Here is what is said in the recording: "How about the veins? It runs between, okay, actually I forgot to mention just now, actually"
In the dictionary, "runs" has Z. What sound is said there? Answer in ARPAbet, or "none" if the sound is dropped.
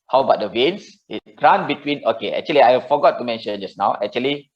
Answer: none